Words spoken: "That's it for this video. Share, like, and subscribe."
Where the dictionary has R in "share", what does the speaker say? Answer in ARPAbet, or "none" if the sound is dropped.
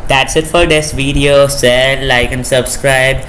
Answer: L